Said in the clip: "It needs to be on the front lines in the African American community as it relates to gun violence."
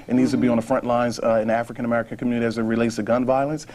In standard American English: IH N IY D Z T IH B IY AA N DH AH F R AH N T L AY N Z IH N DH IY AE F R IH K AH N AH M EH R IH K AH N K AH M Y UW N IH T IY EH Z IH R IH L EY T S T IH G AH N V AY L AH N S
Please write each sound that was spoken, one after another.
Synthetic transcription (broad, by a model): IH N IY D Z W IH B IY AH N DH AH F R AH N T L AY N Z IH N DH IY AE F R IH K AH N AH M EH R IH K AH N K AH M Y UW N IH T IY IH Z IH R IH L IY S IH G AH N V AY L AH N S